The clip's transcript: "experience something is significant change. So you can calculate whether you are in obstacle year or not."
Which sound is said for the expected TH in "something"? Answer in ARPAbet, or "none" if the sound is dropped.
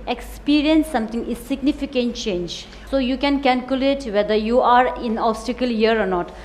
T